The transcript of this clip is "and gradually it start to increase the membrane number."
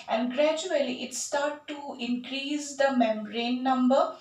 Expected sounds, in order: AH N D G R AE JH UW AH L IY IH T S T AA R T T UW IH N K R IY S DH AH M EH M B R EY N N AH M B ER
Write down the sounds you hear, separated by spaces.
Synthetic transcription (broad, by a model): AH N D G R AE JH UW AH L IY IH T S T AA R T T UW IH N K R IY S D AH M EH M R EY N N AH M B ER